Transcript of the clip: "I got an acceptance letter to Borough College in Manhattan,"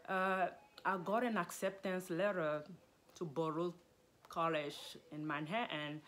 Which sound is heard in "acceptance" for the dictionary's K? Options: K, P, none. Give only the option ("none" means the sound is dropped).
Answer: K